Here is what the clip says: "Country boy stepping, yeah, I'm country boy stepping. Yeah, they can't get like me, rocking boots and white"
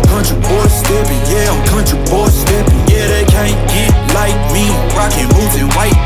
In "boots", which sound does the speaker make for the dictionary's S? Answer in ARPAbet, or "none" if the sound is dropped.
none